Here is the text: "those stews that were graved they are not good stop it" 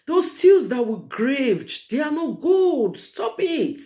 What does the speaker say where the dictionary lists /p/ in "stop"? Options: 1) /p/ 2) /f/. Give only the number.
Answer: 1